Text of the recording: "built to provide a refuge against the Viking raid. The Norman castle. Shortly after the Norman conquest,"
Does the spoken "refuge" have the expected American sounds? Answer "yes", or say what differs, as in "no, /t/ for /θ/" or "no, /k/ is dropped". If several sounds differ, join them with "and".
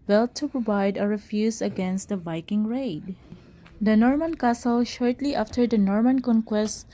no, /z/ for /dʒ/